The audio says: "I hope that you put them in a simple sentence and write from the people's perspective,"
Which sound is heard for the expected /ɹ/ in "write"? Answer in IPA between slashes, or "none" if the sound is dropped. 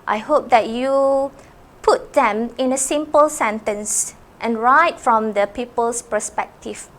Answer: /ɹ/